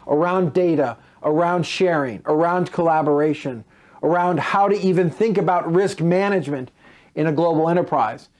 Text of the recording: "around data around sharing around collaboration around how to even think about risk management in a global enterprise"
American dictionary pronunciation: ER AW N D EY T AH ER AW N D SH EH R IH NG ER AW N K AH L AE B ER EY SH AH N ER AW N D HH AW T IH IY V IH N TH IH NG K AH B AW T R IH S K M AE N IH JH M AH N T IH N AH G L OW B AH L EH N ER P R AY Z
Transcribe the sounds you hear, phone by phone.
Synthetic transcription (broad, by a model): ER AW N D EY T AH ER AW N D SH EH R IH NG ER AW N K AH L AE B ER EY SH AH N ER AW N D HH AW T IH IY V IH N TH IH NG K AH B AW T R IH S K M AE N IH JH M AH N T IH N AH G L OW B L EH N ER P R AY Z